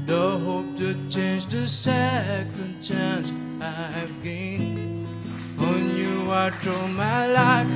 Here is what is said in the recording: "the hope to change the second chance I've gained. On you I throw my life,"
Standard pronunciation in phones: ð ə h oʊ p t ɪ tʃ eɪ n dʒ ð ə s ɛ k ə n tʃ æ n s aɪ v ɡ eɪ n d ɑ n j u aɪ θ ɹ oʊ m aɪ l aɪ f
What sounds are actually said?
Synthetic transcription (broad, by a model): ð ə h oʊ p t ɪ tʃ eɪ n dʒ ð ə s ɛ k ə n tʃ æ n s aɪ v ɡ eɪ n ɑ n j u aɪ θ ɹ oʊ m aɪ l aɪ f